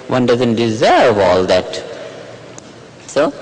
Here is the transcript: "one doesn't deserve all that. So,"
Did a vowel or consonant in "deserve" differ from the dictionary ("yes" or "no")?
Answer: no